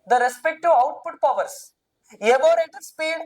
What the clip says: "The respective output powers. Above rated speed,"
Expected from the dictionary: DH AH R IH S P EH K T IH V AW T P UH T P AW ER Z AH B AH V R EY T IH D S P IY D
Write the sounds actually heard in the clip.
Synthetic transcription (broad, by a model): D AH R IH S P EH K T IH AW T P UH T P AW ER S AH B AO R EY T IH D S P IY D